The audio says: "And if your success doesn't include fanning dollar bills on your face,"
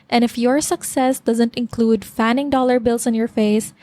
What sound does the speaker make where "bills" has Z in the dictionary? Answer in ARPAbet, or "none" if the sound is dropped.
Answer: S